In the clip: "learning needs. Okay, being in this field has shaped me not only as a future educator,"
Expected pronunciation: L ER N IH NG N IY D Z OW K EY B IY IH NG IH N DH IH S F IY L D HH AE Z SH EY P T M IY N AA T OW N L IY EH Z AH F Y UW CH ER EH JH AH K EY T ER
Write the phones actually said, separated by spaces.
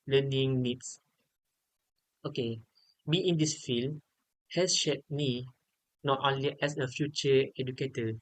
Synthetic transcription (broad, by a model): L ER N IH NG N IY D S OW K EY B IY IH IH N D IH S F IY L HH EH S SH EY T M IY N AA T OW N L IY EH S AH F Y UW CH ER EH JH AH K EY T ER